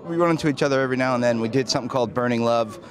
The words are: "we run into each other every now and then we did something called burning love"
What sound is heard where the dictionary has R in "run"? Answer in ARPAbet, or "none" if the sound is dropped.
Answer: W